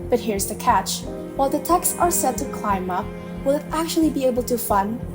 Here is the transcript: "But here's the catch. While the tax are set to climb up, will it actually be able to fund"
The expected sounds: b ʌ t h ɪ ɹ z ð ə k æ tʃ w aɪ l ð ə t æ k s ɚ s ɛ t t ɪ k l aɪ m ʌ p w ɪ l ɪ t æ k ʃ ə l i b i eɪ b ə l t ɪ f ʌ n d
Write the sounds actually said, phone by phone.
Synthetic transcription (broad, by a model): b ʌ t h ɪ ɹ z ð ə k æ tʃ w aɪ l ð ə t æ k s ɚ s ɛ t t ɪ k l aɪ m ʌ p w ɪ l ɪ t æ k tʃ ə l i b i eɪ b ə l t ɪ f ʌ n